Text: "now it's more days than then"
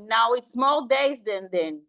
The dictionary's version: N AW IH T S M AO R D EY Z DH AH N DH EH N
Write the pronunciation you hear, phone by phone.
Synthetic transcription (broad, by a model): N AW IH T S M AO L D EY Z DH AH N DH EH N